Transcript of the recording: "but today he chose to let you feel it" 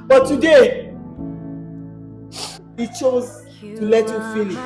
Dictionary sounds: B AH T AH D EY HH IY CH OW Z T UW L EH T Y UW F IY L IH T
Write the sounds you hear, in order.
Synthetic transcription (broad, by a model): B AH T AH D EY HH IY CH OW Z T UW L EH T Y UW F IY N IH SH